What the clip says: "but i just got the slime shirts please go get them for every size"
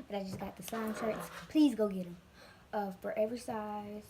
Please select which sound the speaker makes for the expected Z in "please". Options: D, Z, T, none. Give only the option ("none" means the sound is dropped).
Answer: Z